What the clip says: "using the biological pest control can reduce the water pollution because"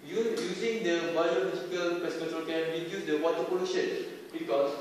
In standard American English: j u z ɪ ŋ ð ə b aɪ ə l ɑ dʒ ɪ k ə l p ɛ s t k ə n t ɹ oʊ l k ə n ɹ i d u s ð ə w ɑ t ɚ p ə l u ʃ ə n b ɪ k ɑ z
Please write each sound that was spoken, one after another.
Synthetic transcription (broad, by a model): j u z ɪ ŋ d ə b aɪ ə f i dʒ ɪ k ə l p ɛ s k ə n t oʊ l k ə n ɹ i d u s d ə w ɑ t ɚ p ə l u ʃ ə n b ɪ k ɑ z